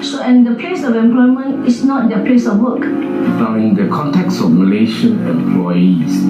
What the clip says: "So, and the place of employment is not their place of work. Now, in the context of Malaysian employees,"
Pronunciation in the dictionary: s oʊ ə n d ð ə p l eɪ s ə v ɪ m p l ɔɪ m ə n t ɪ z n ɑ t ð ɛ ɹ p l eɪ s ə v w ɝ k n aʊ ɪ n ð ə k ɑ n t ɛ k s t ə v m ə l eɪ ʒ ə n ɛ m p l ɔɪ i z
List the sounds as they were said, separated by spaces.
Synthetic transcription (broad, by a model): s oʊ ə n d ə p l eɪ s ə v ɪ m p l ɔɪ m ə n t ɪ s n ɑ t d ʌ p l eɪ s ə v w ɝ k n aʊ ɪ n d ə k ɑ n t ɛ k s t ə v m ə l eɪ ʃ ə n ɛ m p l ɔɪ i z